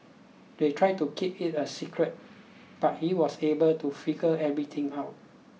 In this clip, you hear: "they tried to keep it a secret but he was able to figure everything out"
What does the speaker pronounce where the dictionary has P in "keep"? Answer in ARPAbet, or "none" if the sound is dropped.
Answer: P